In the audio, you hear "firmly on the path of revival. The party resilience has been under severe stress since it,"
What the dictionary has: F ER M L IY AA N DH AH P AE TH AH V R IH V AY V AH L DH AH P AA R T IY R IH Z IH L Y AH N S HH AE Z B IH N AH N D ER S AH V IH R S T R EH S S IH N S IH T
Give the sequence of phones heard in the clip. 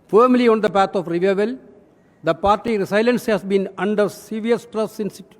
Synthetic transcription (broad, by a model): F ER M L IY AA N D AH P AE T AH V R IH V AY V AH L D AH P AA R T IY R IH S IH L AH N S HH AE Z B IH N AH N D ER S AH V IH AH S T R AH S S IH N S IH T